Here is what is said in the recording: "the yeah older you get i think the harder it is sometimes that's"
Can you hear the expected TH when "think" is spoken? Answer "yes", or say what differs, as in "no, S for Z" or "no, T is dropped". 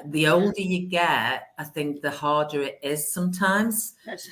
yes